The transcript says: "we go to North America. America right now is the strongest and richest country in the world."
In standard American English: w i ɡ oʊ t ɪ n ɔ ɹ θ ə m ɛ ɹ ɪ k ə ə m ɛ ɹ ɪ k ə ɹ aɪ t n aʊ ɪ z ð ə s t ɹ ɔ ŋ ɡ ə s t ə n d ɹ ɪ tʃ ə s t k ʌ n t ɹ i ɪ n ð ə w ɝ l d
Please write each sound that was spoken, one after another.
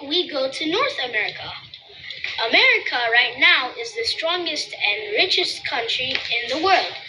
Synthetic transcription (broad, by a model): w i ɡ oʊ t ɪ n ɔ ɹ θ ə m ɛ ɹ ɪ k ə ə m ɛ ɹ ɪ k ə ɹ aɪ t n aʊ ɪ z ð ə s t ɹ ɔ ŋ ɡ ə s t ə n ɹ ɪ tʃ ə s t k ʌ n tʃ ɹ i ɪ n ð ə w ɝ l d